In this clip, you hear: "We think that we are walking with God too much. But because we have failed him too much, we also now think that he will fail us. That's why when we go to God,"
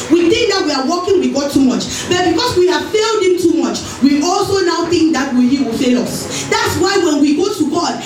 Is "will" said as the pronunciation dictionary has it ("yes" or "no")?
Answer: no